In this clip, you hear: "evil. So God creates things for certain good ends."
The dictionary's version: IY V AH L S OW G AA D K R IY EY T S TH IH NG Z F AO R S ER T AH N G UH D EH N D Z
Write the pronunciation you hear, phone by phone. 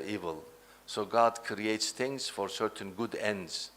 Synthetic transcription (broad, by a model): IY V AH L S OW G AA D K R IY EY T S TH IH NG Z F AO R S ER T AH N G UH D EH N D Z